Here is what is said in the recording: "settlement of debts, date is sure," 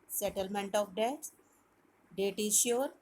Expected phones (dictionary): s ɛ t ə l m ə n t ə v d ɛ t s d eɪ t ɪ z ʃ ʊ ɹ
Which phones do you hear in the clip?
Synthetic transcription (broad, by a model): s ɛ t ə l m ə n t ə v d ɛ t d eɪ t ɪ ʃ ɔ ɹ